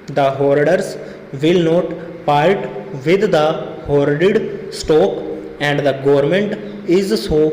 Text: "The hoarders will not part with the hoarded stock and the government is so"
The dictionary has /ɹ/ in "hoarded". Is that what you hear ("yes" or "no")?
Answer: yes